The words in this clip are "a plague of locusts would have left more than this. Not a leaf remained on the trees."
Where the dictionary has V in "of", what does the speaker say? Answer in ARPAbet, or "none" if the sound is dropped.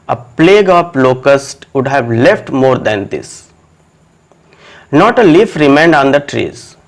P